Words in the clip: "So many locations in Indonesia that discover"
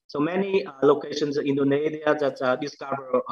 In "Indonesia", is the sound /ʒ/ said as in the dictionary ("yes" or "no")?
no